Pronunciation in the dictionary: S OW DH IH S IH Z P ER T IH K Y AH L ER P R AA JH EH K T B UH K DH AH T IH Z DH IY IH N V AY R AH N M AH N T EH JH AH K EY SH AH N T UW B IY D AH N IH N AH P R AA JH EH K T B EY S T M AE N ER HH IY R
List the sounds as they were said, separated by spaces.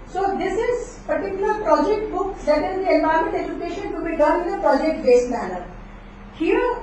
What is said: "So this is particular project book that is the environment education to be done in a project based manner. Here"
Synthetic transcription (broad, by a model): S OW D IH S IH Z P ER T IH K Y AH L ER P R AA JH EH K T B UH K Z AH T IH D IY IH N B AY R M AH N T EH JH AH K EY SH AH N T UW B IY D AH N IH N AH P R AA JH EH K T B EY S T M AE N ER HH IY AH